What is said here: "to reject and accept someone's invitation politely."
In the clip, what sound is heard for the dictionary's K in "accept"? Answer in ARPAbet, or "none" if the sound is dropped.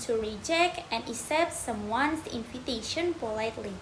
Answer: none